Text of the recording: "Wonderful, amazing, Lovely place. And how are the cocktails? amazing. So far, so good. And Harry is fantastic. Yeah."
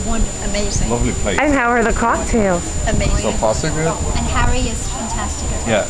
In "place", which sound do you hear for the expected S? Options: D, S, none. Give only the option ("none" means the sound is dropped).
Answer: none